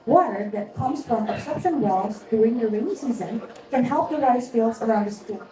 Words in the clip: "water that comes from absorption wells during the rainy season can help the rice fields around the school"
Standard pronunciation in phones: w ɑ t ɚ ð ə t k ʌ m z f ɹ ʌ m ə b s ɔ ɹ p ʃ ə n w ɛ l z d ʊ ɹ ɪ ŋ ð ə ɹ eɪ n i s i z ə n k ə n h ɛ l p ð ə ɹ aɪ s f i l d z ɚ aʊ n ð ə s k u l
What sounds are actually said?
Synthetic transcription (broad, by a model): w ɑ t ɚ ð ə t k ʌ m z f ɹ ʌ m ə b s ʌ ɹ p ʃ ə n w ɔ z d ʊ ɪ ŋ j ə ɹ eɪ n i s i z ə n k ə n h ɛ l p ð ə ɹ aɪ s f i l d z ɚ aʊ n ð ə s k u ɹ